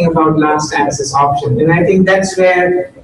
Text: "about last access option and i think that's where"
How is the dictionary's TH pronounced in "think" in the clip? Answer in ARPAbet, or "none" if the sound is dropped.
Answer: T